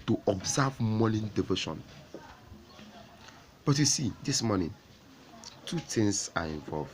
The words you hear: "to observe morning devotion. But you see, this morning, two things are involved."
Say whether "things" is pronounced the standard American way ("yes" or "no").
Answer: no